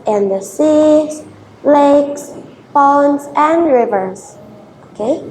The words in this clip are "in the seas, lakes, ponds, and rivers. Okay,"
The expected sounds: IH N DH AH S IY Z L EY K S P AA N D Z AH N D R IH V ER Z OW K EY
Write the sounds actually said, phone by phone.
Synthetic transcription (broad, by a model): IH N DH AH S IY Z L EY K S B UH N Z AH N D R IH V ER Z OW K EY